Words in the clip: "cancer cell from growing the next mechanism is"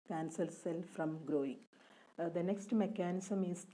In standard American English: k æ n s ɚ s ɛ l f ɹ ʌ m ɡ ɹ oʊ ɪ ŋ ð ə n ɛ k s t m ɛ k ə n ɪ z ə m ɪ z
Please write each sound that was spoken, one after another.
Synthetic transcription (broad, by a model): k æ n s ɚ s ɛ l f ɹ ʌ m ɡ ɹ oʊ ɪ ŋ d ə n ɛ k s t m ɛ k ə n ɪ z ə m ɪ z